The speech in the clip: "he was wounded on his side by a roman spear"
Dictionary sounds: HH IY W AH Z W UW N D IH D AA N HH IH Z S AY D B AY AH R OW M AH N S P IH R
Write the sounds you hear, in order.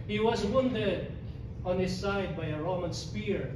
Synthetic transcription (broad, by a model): HH IY W AH Z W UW N D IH D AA N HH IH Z S AY D B AY AH R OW M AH N S P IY R